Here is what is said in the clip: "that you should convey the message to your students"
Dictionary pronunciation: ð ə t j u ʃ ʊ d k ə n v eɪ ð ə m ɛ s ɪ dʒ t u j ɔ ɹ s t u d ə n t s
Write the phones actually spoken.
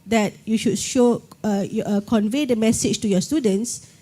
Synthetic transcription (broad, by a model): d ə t j u ʃ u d k ə n v eɪ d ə m ɛ s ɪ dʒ t u j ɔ s t u d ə n t s